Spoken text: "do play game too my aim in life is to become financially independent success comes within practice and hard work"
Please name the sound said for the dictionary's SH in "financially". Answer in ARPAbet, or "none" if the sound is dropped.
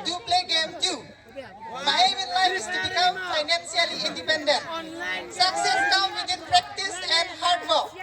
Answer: S